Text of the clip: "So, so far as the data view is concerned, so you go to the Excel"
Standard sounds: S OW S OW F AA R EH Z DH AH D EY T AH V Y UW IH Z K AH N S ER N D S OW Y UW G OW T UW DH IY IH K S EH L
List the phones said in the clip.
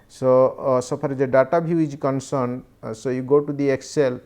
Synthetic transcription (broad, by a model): S OW S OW P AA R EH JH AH D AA T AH B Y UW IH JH K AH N S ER N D S OW Y UW G OW T UW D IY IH K S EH L